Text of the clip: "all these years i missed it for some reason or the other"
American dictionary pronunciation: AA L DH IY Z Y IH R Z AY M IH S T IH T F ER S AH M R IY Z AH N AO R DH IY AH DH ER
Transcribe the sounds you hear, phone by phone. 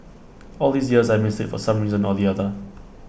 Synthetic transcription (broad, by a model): AA L DH IY Z Y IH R Z AY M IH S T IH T F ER S AH M R IY Z AH N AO L DH IY AH DH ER